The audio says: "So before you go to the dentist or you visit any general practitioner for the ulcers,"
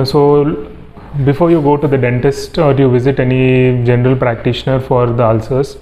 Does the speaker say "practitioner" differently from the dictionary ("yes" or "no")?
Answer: no